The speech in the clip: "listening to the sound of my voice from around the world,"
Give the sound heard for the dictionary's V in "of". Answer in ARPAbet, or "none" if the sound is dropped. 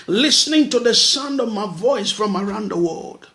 V